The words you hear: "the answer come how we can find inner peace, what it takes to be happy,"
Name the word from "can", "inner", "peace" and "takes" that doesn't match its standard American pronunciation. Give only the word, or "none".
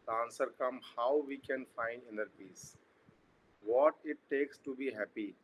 none